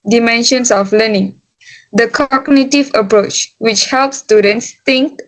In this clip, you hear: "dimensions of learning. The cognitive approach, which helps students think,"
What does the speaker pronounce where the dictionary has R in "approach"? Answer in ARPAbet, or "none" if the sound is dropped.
R